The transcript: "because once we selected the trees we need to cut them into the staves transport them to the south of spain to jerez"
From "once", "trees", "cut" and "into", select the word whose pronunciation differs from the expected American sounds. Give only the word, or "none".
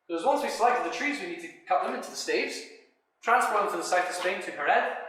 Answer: none